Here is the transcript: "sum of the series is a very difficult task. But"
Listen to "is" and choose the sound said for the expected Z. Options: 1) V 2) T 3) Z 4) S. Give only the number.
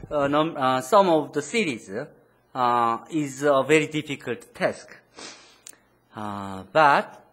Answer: 3